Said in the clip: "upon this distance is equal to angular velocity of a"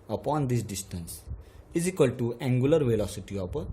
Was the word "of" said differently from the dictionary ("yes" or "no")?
yes